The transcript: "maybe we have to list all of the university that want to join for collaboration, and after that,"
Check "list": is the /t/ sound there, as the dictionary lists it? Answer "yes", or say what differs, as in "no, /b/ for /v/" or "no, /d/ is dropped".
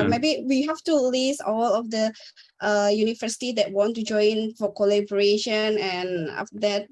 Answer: no, /t/ is dropped